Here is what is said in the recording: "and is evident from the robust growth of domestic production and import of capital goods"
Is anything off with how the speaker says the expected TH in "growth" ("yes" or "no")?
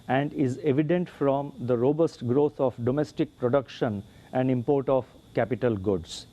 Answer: yes